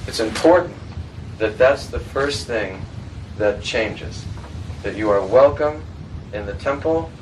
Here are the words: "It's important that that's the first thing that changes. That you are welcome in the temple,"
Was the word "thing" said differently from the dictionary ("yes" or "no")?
no